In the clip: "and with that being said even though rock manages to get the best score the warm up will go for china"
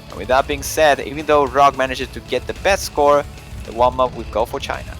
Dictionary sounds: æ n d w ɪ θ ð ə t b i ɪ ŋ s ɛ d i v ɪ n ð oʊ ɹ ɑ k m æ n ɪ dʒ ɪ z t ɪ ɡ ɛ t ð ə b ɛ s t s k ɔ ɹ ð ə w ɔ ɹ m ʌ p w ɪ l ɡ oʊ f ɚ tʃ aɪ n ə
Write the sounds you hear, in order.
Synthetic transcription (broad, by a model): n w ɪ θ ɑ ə t b i ɪ ŋ s ɛ d i v ɪ n ð oʊ ɹ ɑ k m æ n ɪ dʒ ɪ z t ɪ ɡ ɛ t ð ə b ɛ s t s k ɔ ɹ ð ə w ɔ l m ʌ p w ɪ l ɡ oʊ f ɚ tʃ aɪ n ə